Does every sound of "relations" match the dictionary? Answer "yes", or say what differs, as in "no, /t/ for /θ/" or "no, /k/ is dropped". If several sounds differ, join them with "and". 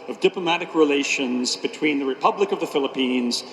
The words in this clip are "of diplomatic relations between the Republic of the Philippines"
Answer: yes